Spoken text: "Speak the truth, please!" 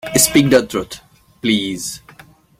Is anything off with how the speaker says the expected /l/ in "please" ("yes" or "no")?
no